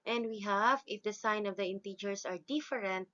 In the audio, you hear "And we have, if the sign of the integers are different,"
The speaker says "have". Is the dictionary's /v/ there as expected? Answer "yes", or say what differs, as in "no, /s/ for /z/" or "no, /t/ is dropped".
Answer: yes